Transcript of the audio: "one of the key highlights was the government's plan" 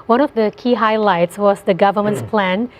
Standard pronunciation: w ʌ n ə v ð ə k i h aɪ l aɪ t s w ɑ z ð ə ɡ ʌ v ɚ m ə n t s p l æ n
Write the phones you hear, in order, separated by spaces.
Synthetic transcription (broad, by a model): w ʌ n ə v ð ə k i h aɪ l aɪ t s w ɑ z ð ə ɡ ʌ v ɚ m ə n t s p l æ n